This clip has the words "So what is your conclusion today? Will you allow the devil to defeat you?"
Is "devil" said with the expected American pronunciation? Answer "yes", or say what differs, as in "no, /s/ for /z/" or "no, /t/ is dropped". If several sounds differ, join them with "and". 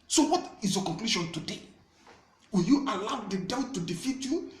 no, /v/ is dropped